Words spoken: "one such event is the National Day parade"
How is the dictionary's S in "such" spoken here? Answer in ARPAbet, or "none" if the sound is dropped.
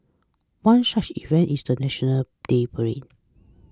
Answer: SH